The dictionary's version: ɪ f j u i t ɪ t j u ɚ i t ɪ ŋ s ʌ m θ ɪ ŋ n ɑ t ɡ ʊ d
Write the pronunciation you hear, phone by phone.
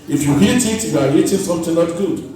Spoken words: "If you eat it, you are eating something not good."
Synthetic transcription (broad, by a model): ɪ f j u i t ɪ t j u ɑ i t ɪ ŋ s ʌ m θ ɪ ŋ l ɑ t ɡ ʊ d